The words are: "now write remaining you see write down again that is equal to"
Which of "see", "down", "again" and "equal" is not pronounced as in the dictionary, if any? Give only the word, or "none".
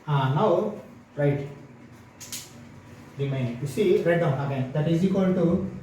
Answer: equal